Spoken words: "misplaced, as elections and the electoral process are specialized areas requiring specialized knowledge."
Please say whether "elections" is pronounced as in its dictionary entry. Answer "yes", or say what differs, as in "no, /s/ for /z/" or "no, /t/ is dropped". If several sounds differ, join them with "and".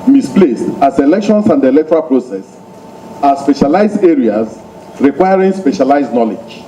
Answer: no, /s/ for /z/